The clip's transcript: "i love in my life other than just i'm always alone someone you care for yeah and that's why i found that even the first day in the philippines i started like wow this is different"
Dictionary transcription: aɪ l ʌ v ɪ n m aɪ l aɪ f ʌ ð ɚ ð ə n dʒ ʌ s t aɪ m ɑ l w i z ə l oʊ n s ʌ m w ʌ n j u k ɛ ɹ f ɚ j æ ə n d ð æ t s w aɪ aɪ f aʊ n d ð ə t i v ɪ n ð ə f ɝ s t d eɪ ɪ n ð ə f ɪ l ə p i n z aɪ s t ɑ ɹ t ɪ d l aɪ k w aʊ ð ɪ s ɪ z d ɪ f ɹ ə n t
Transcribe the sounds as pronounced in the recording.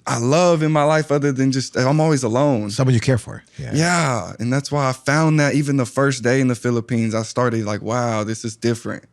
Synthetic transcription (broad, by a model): aɪ l ʌ v ɪ n m aɪ l aɪ f ʌ ð ɚ ð ə n dʒ ʌ s t aɪ m ɑ l w i z ə l oʊ n s ʌ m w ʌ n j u k ɛ ɹ f ɚ j æ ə n ð æ t s w aɪ aɪ f aʊ n ð ə t i v ɪ n ð ə f ɝ s d eɪ ɪ n ð ə f ɪ l ə p i n z aɪ s t ɑ ɹ t ɪ d l aɪ k w aʊ ð ɪ s ɪ z d ɪ f ɹ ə n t